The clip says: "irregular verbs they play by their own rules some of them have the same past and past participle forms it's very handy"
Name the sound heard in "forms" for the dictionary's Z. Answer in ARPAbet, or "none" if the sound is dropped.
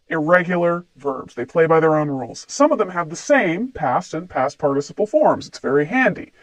Z